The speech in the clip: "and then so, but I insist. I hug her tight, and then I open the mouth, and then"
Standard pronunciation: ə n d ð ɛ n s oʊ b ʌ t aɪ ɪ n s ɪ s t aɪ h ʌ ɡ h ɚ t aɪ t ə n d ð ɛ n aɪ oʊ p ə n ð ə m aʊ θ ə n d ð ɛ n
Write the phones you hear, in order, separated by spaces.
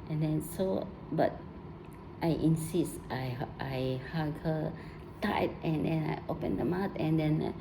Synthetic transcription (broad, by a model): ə n d ɛ n s oʊ b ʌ t aɪ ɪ n s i s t aɪ h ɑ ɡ h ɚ t aɪ t ə n d ɛ n aɪ oʊ p ə n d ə m aʊ t ə n d ɛ n